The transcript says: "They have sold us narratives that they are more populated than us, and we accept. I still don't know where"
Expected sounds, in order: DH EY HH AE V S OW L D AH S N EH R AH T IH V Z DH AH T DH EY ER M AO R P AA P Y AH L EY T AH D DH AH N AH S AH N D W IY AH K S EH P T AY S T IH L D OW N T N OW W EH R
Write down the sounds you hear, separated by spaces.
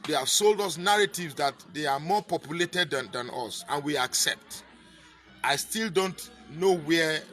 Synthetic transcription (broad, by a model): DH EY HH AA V S OW L D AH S N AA R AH T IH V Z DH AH T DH EY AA M AO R P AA P Y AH L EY T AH D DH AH N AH S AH N W IY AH K S EH P T AY S T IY L D OW N T N OW W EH